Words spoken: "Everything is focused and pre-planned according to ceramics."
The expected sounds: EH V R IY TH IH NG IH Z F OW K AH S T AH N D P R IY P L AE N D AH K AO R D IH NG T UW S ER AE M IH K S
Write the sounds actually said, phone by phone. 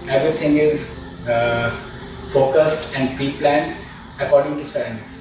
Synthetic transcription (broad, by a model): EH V R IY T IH NG IH Z F OW K AH S T AH N D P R IY P L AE N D AH K AO R D IH NG T UW S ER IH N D